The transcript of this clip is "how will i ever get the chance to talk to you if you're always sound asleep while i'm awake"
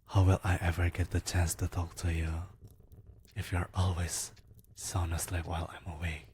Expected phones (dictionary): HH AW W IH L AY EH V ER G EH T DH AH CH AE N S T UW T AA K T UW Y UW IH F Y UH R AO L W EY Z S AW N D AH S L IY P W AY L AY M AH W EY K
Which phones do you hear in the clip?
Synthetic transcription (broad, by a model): HH AW W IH L AY EH V ER G EH T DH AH CH AE N S T UW T AA K T UW Y UW IH F Y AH R AO L W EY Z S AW N AH S L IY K W AY L AY M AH W EY